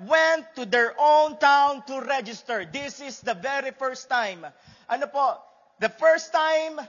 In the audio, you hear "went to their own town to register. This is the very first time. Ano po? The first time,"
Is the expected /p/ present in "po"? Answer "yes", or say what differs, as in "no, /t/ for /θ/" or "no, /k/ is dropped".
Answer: yes